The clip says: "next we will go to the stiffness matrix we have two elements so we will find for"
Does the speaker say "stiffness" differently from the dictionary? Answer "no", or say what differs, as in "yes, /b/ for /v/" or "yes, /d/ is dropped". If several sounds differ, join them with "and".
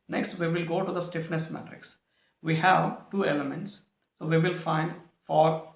no